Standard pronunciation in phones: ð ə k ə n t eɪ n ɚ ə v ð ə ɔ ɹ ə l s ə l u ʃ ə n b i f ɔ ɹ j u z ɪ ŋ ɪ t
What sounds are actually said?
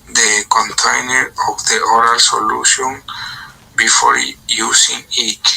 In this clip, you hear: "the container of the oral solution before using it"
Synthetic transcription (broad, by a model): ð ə k ə n t eɪ n ɚ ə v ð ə ɔ ɹ ə l s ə l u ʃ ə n b i f ɔ ɹ j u s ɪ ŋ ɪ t